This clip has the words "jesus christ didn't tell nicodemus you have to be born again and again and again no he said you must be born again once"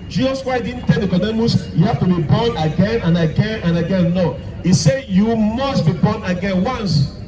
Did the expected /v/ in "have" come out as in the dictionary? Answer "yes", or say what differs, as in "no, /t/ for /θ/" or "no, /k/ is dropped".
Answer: no, /f/ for /v/